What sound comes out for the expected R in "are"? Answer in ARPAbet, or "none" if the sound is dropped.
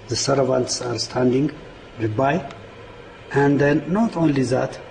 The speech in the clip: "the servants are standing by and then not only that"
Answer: R